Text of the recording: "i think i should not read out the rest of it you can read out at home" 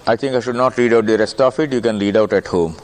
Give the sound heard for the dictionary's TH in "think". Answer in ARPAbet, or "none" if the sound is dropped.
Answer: T